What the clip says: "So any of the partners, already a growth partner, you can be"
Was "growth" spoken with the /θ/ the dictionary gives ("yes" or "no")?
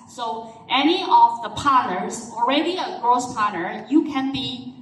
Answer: no